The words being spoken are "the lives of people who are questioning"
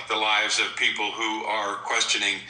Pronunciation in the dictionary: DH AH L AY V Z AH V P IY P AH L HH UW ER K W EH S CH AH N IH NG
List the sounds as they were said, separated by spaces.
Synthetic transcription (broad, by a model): DH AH L AY V Z AH V P IY P L HH UW ER K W EH S CH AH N IH NG